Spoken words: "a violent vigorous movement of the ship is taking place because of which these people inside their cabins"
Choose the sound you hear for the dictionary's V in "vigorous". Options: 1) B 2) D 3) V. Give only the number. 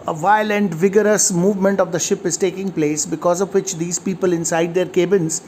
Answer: 3